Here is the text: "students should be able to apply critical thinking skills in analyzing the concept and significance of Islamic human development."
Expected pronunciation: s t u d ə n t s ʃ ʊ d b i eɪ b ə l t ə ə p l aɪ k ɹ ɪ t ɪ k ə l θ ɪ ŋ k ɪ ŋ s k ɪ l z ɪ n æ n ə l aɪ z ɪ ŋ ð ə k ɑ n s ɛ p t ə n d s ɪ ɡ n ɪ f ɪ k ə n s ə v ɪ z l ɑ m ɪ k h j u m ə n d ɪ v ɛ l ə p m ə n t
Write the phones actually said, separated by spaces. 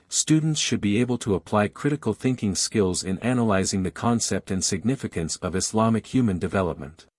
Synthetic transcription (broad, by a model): s t u d n t s ʃ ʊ d b i eɪ b ə l t ə ə p l aɪ k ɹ ɪ t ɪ k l θ ɪ ŋ k ɪ ŋ s k ɪ l z ɪ n æ n ə l aɪ z ɪ ŋ ð ə k ɑ n s ɛ p t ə n s ɪ ɡ n ɪ f ɪ k ə n s ə v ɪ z l ɑ m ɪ k h j u m ə n d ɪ v ɛ l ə p m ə n t